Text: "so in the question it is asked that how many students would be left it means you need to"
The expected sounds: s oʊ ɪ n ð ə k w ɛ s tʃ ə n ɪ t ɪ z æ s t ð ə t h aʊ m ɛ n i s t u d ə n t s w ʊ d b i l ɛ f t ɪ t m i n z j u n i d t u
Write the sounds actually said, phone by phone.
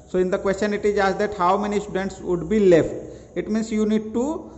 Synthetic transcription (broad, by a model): s oʊ ɪ n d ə k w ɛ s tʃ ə n ɪ t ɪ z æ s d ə t h aʊ m ɛ n i s t u d ə n t s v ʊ d b i l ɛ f t ɪ t m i n s j u n i d t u